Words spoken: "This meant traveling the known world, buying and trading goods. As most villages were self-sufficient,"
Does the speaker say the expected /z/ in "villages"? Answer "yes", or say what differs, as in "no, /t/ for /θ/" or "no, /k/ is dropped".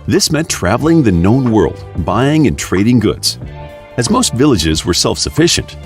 yes